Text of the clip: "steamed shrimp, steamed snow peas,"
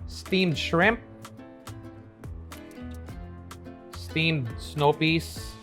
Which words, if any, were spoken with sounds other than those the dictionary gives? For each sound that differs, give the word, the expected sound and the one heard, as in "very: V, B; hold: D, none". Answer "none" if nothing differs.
none